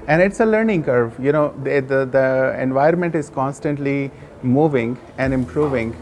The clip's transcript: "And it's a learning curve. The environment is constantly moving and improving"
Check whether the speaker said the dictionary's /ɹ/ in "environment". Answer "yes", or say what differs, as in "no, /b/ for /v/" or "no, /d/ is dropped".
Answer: no, /ɹ/ is dropped